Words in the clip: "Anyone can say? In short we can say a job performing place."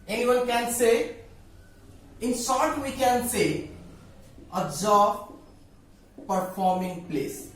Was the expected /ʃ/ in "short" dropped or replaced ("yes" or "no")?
yes